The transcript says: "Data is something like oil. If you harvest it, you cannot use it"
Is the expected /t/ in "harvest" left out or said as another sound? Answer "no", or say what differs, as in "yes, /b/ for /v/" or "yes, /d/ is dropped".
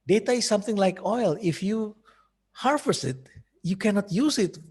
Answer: yes, /t/ is dropped